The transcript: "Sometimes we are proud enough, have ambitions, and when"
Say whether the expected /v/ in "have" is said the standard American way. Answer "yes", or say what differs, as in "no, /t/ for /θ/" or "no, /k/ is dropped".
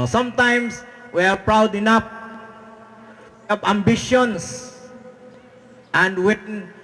no, /p/ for /v/